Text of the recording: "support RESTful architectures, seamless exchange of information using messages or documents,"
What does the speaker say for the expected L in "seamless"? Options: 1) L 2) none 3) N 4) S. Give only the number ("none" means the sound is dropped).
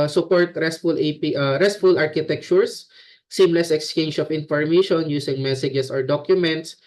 1